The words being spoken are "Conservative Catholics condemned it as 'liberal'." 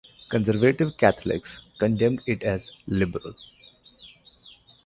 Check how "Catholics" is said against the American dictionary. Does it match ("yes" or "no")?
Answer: no